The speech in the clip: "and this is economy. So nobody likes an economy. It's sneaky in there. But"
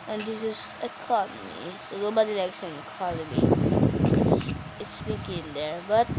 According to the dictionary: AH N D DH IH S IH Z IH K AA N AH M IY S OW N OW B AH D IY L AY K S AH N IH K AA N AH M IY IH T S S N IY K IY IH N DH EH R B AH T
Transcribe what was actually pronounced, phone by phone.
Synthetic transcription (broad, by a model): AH N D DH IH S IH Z IH K AA N AH M IY S OW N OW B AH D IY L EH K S AH N IH K AA N AH M IY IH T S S L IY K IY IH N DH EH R B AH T